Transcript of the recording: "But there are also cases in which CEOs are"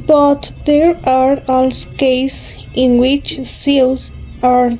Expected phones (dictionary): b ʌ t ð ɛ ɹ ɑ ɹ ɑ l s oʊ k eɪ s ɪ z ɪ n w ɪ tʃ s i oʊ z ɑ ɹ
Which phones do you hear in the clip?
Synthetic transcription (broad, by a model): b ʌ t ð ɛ ɹ ɑ ɹ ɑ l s k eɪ ɪ s ɪ n w ɪ tʃ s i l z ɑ ɹ